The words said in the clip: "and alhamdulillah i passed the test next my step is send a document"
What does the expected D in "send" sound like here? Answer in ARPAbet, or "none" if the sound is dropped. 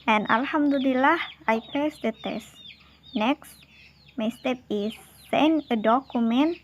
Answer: none